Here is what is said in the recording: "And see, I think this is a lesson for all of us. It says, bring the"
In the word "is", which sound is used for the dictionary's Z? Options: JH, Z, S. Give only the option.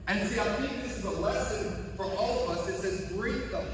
Z